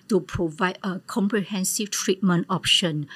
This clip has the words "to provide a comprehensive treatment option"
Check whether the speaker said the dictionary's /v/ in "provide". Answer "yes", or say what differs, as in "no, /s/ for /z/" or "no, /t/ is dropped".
yes